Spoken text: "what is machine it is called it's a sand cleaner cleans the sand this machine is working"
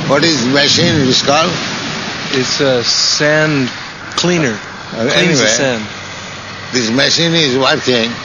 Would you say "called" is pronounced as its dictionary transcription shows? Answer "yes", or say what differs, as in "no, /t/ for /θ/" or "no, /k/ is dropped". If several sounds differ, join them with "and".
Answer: no, /d/ is dropped